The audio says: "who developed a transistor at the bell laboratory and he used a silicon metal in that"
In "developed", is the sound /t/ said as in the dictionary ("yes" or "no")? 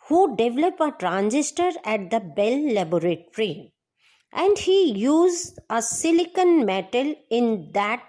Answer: no